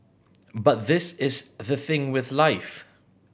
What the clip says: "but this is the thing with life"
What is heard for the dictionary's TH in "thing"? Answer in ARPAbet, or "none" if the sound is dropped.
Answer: TH